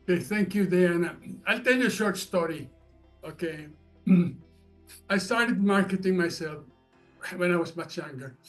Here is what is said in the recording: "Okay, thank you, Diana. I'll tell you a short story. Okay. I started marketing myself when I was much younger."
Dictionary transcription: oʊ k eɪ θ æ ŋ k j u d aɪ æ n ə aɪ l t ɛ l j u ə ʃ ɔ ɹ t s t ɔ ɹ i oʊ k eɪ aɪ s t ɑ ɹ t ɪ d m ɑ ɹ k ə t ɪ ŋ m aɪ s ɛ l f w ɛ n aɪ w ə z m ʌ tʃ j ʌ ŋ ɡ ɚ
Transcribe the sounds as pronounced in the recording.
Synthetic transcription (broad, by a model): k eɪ θ æ ŋ k j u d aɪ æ n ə aɪ l t ɛ l j u ə ʃ ɔ ɹ t s t ɔ ɹ i oʊ k eɪ aɪ s t ɑ ɹ t ɪ d m ɑ ɹ k ə t ɪ ŋ m aɪ s ɛ l f w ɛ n aɪ w ə z m ʌ tʃ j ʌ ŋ ɡ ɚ